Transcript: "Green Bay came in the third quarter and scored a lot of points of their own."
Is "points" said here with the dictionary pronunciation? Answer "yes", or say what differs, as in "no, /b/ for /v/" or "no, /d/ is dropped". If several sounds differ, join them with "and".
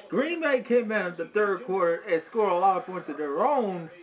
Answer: no, /s/ is dropped